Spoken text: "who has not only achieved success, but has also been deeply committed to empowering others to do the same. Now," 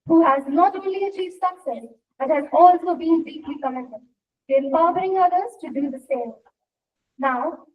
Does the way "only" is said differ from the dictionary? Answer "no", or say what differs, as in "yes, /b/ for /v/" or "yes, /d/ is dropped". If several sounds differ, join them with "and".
yes, /n/ is dropped